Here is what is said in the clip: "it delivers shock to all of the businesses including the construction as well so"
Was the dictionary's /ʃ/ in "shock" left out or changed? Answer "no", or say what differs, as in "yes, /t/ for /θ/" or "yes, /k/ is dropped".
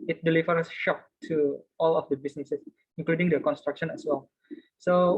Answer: no